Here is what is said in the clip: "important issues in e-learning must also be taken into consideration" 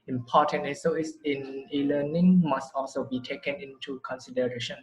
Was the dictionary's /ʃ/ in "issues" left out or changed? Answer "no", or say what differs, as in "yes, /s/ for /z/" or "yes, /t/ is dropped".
yes, /ʃ/ is dropped